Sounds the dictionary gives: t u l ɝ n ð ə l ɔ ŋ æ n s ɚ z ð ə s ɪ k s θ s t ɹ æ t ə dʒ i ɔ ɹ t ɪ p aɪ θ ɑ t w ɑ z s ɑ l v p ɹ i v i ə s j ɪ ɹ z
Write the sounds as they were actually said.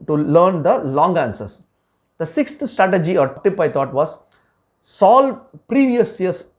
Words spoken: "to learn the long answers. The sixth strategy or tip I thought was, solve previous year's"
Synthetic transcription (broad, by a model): t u l ɝ n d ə l ɔ ŋ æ n s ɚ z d ə s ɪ k s t s t ɹ æ t ə dʒ i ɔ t t ɪ p aɪ t ɑ t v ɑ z s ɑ l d p ɹ i v i ə s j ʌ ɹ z